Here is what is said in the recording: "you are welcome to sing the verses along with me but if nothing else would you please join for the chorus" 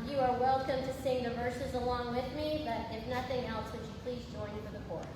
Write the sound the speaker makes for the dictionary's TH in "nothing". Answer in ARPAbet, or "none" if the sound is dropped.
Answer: TH